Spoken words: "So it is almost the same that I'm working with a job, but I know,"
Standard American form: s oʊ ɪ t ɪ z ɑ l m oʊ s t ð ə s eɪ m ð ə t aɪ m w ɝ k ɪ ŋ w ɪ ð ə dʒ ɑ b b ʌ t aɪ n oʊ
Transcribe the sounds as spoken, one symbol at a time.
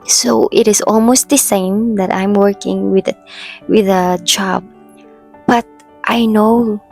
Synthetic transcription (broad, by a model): s oʊ ɪ t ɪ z ɑ l m oʊ s t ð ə s eɪ m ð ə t aɪ m w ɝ k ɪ ŋ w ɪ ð ə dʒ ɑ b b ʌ t aɪ n oʊ